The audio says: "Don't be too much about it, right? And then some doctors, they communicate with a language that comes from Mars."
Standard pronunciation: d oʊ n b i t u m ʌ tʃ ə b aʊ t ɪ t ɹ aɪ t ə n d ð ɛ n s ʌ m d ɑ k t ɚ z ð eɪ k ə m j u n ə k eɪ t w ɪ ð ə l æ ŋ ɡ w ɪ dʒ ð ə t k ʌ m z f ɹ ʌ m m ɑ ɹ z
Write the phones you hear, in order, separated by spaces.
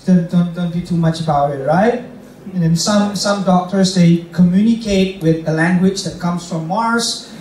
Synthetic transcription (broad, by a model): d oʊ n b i t u m ʌ tʃ ə b aʊ t ɪ t ɹ aɪ t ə n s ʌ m s ʌ m d ɑ k t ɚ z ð eɪ k ə m j u n ə k eɪ t w ɪ ð ə l æ ŋ ɡ w ɪ dʒ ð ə t k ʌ m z f ɹ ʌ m m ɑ ɹ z